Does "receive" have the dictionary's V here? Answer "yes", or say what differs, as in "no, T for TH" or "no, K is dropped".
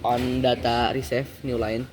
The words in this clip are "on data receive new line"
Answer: no, F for V